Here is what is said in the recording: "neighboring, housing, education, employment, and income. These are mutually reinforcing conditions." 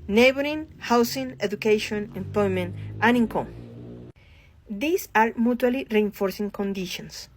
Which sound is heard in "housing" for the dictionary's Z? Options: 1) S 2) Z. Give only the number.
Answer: 1